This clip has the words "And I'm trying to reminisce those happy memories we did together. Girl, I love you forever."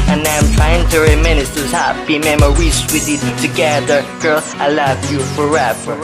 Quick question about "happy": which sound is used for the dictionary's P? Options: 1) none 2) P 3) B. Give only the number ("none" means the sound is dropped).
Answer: 3